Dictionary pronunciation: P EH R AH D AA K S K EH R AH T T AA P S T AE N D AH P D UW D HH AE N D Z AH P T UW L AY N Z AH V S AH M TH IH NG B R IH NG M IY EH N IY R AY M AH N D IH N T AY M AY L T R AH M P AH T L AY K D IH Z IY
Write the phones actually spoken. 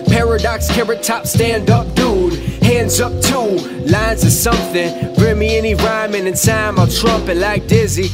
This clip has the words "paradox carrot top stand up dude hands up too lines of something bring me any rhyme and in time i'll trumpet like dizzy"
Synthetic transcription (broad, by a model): P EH R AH D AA K S K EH R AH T T AA P S T AE N D AH P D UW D HH AE N D Z AH P T UW L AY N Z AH S AH M TH IH NG B R IH NG M IY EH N IY R AY M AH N IH N S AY M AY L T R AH M P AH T L AY K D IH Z IY